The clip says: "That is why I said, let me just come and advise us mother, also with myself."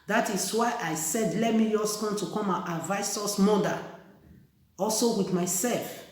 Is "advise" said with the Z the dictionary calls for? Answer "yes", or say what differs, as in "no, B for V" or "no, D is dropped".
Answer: no, S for Z